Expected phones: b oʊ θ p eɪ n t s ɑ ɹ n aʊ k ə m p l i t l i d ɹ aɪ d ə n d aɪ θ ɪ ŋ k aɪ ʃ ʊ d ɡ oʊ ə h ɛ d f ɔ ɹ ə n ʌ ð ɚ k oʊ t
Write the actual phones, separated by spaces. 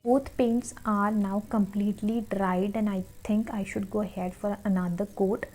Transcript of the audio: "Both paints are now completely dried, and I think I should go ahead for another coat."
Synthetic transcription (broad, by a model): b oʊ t p eɪ n t s ɑ ɹ n aʊ k ə m p l i t l i d ɹ aɪ d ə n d aɪ t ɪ ŋ k aɪ ʃ ʊ d ɡ oʊ ə h ɛ d f ɔ ɹ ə n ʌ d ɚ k oʊ t